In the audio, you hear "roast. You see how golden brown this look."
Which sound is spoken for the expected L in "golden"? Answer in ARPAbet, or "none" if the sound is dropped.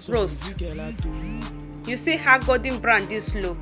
none